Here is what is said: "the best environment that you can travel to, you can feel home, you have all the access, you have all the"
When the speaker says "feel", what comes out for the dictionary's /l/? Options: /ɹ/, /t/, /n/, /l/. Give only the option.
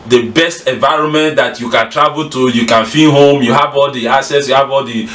/n/